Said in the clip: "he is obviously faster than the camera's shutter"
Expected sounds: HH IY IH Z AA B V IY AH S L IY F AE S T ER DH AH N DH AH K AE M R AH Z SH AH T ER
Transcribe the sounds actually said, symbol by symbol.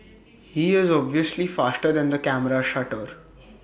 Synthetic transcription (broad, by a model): HH IY IH Z AA B V IY AH S L IY F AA S T ER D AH N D AH K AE M R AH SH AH T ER